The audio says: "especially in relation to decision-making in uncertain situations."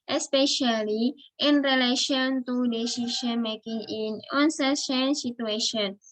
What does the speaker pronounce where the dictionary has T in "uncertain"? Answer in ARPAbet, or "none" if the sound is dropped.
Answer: S